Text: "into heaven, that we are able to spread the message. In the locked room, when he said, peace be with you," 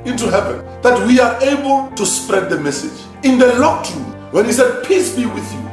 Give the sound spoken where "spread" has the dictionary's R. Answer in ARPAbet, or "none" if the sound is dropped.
R